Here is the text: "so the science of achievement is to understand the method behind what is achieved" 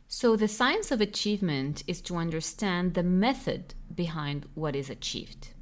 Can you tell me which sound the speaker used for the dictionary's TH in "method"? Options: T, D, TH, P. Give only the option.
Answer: TH